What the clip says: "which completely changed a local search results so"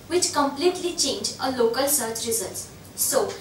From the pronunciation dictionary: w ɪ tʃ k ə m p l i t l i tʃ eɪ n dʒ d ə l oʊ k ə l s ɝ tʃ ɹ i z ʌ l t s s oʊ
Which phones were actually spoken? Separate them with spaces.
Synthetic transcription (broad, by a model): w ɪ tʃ k ə m p l i t l i tʃ eɪ n dʒ ə l oʊ k ə l s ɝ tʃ ɹ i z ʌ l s s oʊ